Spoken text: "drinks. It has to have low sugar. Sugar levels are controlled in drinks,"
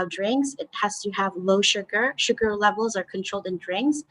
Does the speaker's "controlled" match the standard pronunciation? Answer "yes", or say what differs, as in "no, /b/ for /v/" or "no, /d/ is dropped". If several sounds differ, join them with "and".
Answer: yes